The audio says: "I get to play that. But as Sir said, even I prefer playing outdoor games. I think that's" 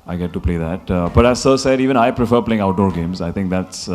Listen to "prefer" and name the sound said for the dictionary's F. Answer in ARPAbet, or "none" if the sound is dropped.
F